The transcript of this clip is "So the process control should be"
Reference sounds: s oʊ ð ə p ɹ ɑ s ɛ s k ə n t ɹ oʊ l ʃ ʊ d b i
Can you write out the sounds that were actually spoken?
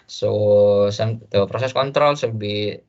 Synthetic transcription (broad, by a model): s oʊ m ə p ɹ ɑ s ɛ s k ə n t ɹ oʊ l s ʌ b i